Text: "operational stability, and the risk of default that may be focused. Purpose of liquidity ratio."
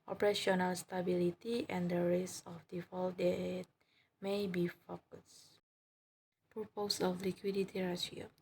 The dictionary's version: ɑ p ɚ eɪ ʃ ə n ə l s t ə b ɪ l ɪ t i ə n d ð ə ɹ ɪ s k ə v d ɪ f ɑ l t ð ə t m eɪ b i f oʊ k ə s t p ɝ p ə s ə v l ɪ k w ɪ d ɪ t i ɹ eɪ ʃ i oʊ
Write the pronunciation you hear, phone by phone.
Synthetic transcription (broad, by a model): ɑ p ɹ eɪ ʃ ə n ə l s t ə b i l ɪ t i ə n d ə ɹ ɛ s ə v d ɪ f ɑ l t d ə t m eɪ b i f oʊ k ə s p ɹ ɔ p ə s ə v l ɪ k w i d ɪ t i ɹ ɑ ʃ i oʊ